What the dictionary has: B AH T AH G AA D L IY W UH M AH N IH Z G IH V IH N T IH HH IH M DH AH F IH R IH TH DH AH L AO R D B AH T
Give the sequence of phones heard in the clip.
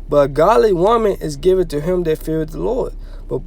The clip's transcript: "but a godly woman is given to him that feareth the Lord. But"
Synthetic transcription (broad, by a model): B AH T AH G AA D L IY W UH M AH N IH Z G IH V IH N T IH HH IH M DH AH F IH R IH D DH AH L AO R D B AH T